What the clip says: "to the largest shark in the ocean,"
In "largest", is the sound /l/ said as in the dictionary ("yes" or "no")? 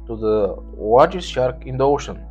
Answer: no